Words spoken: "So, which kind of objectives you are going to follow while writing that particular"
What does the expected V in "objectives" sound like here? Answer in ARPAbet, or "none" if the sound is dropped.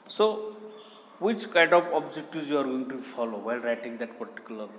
none